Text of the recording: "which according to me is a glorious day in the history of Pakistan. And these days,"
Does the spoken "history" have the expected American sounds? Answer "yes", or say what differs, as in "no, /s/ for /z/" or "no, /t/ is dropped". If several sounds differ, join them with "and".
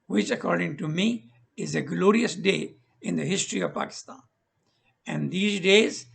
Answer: yes